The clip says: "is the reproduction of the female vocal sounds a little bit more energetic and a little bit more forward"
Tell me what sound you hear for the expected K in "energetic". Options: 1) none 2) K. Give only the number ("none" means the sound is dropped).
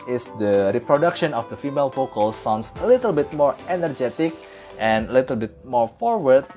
2